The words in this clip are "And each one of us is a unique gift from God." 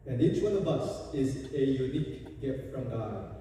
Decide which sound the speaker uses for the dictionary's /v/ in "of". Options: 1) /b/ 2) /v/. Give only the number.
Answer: 1